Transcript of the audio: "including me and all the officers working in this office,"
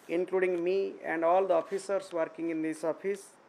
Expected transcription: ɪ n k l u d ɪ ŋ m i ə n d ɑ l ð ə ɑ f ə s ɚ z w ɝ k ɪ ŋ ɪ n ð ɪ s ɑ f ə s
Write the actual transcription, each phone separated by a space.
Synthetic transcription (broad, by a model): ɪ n k l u d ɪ ŋ m i ə n d ɑ l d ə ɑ p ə s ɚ s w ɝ k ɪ ŋ ɪ n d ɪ s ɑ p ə s